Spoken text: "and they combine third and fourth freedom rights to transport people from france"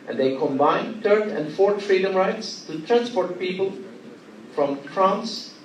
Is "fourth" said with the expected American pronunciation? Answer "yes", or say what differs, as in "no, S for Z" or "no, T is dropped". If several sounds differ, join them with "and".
no, T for TH